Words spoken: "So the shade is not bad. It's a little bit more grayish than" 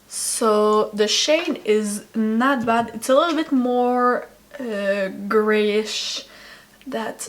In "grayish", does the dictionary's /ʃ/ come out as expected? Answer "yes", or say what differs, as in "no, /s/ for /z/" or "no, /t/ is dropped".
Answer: yes